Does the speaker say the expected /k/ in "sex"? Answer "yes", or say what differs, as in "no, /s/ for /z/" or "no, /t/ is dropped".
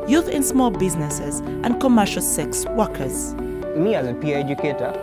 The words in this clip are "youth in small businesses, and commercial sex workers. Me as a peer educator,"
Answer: yes